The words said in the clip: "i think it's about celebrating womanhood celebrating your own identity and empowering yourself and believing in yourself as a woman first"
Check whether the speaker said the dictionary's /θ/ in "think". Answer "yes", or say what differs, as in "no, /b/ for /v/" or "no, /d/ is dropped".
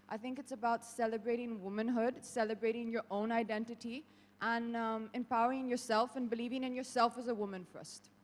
yes